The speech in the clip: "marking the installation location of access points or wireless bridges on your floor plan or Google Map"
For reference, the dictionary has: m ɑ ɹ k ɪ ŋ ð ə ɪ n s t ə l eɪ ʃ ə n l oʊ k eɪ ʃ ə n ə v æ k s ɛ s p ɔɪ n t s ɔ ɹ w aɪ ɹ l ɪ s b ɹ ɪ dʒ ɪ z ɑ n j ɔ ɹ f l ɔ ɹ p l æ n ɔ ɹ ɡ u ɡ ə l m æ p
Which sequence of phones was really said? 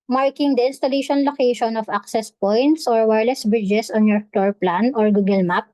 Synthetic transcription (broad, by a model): m ɑ ɹ k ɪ ŋ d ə ɪ n s t ə l eɪ ʃ ə n l oʊ k eɪ ʃ ə n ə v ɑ k s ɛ s p ɔɪ n t s ɔ ɹ w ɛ ɹ l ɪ s b ɹ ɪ dʒ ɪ s ɑ n j ɔ ɹ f l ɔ ɹ p l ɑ n ɔ ɹ ɡ u ɡ ə l m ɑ p